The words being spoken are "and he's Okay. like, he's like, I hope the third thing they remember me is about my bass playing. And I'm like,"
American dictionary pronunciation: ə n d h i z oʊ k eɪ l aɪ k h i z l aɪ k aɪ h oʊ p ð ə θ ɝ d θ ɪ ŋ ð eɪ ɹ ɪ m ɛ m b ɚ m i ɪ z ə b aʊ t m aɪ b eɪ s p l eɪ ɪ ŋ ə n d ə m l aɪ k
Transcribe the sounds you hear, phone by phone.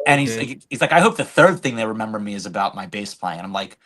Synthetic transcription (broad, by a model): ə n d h i z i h i z l aɪ k aɪ h oʊ p ð ə θ ɝ d θ ɪ ŋ ð eɪ ɹ ɪ m ɛ m b ɚ m i ɪ z ə b aʊ t m aɪ b eɪ s p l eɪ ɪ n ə ə m l aɪ k